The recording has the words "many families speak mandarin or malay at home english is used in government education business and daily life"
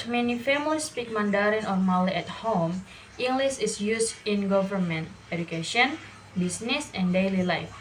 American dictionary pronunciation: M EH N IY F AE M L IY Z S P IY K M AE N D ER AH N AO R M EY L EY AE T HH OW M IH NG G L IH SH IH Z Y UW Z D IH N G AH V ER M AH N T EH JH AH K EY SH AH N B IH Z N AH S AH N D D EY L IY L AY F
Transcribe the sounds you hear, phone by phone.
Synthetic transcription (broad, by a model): M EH N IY F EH M IY S P IY K M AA N D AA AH N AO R M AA L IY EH T HH OW M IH NG G L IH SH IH S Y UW S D IH N G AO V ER M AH N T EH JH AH K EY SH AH N B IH S N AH S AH N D D EY L IY L AY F